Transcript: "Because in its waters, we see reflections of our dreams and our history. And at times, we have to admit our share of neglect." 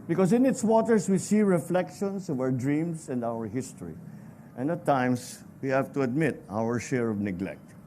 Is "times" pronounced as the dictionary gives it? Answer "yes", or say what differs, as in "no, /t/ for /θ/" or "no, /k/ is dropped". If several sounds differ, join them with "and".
no, /s/ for /z/